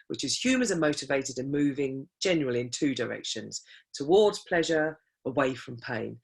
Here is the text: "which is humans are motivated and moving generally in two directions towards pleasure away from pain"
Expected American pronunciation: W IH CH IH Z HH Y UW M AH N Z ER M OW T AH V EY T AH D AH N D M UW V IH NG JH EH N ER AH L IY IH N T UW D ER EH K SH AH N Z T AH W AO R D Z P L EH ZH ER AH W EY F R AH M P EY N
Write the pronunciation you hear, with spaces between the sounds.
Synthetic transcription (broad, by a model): W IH CH IH Z HH Y UW M AH N Z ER M OW T AH V EY T AH D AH N M UW V IH NG JH EH N ER AH L IY IH N T UW D ER EH K SH AH N Z T AH W AO D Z P L EH ZH ER AH W EY F R AH M P EY N